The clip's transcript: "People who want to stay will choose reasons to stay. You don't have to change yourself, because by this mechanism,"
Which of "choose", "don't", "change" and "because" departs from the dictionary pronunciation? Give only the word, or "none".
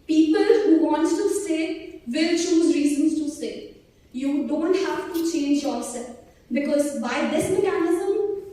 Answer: none